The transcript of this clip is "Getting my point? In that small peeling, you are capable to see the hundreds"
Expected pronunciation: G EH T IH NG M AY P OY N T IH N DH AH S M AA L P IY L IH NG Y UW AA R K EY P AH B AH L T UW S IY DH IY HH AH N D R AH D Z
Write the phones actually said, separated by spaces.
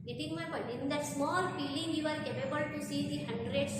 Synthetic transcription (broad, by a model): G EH T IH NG M AY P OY T IH N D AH S M AA L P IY L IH NG Y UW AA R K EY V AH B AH L T UW S IY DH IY HH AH N D R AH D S